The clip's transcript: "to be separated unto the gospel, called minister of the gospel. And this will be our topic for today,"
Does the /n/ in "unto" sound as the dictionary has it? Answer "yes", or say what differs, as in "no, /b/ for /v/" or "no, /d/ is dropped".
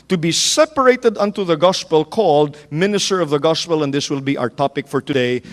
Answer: yes